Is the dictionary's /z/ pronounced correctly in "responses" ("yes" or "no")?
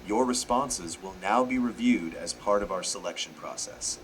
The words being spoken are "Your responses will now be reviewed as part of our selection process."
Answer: yes